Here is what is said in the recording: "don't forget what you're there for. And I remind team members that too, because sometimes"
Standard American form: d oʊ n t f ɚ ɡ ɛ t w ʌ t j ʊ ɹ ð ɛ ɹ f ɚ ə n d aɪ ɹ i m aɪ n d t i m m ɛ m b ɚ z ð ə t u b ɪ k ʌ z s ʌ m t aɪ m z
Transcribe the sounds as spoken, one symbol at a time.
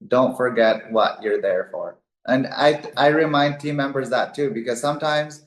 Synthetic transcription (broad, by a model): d oʊ n t f ɚ ɡ ɛ t w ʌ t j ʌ ɹ ð ɛ ɹ f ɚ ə n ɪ aɪ ɹ i m aɪ n d t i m m ɛ m b ɚ z ð ə t u b ɪ k ʌ z s ʌ m t aɪ m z